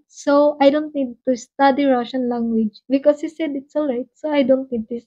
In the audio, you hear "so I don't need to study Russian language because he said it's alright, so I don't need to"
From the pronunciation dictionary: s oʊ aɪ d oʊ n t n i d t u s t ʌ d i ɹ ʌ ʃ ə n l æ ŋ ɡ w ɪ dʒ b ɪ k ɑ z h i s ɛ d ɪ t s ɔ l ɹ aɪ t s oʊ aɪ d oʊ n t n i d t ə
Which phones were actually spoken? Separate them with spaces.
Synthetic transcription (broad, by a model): s oʊ aɪ d oʊ n t n i d t u s t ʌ d i ɹ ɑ ʃ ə n l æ ŋ ɡ w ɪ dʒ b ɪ k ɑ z h i s ɛ d ɪ t s ɔ l ɹ aɪ t s oʊ aɪ d oʊ n t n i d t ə